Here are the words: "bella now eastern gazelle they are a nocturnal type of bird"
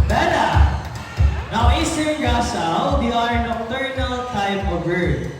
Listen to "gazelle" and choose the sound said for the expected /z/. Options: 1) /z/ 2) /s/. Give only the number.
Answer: 2